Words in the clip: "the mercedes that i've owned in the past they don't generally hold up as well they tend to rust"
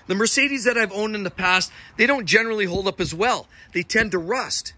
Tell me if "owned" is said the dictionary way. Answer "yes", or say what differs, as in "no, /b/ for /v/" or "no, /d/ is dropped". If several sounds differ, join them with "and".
yes